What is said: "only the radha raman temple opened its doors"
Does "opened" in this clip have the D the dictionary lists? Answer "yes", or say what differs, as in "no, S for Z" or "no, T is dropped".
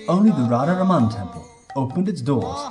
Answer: yes